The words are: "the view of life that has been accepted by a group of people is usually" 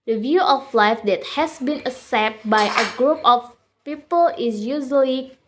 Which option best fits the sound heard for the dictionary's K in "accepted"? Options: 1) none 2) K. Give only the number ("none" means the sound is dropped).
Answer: 1